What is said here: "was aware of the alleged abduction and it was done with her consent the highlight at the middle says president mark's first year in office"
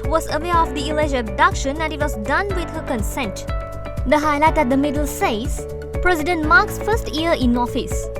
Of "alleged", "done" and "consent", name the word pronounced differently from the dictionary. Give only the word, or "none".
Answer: alleged